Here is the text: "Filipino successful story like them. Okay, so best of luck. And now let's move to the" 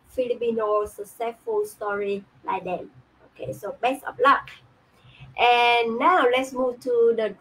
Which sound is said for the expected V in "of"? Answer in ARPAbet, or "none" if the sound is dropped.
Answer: P